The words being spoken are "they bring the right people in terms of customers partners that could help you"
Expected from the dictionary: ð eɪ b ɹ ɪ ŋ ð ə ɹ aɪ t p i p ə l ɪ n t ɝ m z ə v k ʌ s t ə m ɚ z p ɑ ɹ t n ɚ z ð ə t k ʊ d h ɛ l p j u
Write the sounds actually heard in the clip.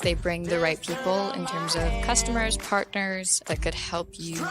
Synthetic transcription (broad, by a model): ð eɪ b ɹ ɪ ŋ ð ə ɹ aɪ t p i p l ɪ n t ɝ m z ə v k ʌ s t ə m ɚ z p ɑ ɹ t n ɚ z ð ə t k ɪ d h ɛ l p j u